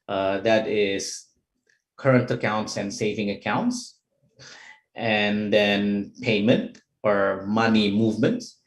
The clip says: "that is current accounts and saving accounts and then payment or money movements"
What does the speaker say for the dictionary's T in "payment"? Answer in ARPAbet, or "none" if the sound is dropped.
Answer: T